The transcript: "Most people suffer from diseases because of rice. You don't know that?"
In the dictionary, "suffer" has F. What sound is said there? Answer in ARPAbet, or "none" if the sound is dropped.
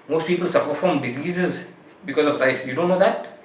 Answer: P